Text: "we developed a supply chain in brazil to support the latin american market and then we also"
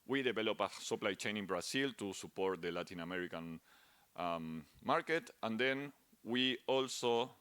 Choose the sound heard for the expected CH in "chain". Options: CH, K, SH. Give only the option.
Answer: CH